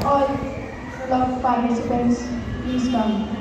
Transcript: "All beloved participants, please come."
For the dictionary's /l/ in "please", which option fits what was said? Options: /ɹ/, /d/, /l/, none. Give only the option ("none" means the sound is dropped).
none